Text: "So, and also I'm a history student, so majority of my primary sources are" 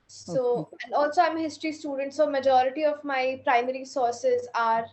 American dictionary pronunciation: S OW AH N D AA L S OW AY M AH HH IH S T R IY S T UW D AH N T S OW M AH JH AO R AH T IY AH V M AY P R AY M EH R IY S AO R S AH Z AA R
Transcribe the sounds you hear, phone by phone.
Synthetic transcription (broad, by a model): S OW AH N D AA L S OW AY M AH HH IH S T R IY S T UW D AH N T S OW M AH JH AO R AH T IY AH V M AY P R AY M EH R IY S AO R S AH Z AA R